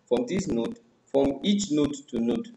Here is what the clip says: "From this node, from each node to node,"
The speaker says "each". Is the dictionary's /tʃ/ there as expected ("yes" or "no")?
yes